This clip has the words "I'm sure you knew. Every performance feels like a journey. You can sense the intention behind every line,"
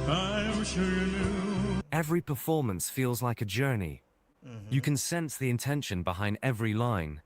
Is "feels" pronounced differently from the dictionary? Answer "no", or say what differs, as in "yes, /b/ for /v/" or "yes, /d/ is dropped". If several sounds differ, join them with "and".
no